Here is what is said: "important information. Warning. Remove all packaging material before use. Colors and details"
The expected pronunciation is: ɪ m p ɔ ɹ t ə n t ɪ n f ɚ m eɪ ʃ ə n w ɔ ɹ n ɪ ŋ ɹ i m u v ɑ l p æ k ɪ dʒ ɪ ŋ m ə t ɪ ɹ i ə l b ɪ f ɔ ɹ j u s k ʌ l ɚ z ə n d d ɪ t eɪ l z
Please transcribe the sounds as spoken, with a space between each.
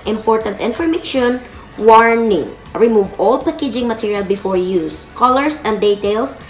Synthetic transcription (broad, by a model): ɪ m p ɔ ɹ t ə n t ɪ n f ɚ m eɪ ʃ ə n w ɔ ɹ n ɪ ŋ ɹ i m u v ɑ l p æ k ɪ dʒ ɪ ŋ m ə t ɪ ɹ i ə l b ɪ f ɔ ɹ j u s k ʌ l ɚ s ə n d d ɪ t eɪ l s